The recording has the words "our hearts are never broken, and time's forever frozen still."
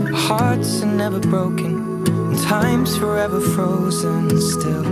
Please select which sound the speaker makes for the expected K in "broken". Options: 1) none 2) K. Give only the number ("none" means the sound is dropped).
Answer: 1